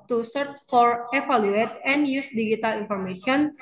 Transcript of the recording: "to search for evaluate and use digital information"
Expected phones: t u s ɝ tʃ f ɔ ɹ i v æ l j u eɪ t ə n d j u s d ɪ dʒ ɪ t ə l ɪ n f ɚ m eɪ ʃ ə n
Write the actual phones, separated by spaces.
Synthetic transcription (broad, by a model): t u s ɝ tʃ f ɔ ɹ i f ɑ l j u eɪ t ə n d j u s d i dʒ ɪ t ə l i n f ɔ m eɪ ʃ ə n